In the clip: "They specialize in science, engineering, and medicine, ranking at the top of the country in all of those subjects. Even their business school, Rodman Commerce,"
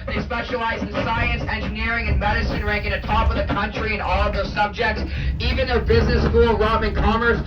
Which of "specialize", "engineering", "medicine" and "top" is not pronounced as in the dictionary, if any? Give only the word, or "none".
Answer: none